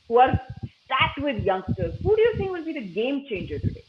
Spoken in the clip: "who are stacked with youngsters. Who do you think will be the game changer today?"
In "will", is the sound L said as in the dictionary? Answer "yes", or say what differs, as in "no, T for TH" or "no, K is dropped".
no, N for L